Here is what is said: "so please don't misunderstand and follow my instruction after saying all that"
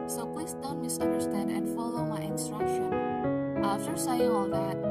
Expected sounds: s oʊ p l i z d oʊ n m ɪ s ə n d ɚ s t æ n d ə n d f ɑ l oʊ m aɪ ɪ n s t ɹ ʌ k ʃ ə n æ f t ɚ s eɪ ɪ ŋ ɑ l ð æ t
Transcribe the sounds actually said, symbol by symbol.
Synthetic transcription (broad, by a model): s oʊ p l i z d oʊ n m ɪ s ə n d ɚ s t æ n d ə n d f ɑ l oʊ m aɪ ɪ n s t ɹ ʌ k ʃ ə n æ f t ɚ s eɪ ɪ ɑ l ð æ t